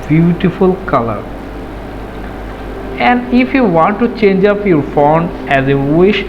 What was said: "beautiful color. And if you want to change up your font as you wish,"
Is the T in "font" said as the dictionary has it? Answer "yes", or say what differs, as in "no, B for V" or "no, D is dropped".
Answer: no, T is dropped